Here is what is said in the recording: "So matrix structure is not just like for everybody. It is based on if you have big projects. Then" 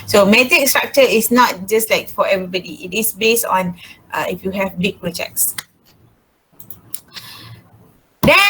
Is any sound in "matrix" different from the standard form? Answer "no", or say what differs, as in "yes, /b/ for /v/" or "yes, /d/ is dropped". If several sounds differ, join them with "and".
yes, /ɹ/ is dropped